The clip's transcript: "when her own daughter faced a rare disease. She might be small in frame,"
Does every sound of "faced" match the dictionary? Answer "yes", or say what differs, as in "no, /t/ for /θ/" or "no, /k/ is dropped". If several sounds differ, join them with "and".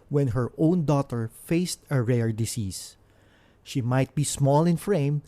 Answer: yes